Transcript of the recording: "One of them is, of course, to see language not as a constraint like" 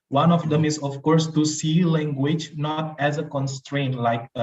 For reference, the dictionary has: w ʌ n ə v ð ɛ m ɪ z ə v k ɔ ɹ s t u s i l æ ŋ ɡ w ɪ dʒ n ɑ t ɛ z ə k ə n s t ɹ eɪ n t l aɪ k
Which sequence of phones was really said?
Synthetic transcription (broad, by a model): w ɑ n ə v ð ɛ m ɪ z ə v k ɔ ɹ s t u s i l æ ŋ ɡ w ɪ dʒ n ɑ t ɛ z ə k ə n s t ɹ eɪ n t l aɪ k